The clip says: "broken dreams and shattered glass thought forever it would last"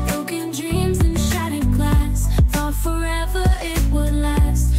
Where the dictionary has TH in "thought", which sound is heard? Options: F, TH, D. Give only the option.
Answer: F